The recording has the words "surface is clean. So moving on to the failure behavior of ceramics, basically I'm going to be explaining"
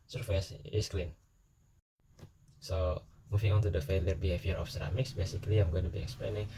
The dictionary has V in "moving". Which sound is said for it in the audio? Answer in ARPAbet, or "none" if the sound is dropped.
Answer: F